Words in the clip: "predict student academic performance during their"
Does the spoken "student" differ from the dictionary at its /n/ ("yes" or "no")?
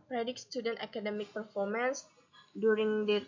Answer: no